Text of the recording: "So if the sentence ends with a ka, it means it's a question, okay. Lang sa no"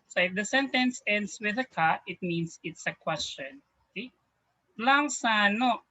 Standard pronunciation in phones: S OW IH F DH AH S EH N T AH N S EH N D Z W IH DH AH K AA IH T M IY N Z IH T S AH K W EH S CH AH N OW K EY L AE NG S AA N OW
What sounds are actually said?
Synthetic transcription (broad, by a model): S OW IH F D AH S EH N T AH N S EH N D S W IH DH AH K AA IH T M IY N S IH T S AH K W EH S CH AH N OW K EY L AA NG S AA N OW